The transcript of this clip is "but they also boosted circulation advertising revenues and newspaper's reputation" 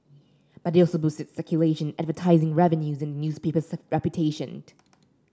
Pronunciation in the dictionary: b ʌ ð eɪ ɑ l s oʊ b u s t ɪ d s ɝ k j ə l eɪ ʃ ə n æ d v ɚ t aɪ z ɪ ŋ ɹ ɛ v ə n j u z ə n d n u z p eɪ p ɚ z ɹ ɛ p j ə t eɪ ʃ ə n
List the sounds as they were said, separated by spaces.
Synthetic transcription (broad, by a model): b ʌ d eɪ ɑ l s oʊ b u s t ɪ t s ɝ k j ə l eɪ ʃ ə n æ d v ɚ t aɪ z ɪ ŋ ɹ ɛ v ə n j u z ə n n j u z p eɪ p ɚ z ɹ ɛ p j ə t eɪ ʃ ə n